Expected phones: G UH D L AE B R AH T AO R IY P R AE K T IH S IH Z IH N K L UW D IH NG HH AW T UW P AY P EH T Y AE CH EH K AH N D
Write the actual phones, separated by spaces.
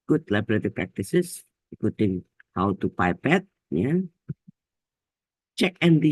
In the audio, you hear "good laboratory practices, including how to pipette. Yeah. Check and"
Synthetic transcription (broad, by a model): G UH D L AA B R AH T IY P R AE K T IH S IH S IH K UW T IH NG HH AW T UW P AY P EH T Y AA CH EH K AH N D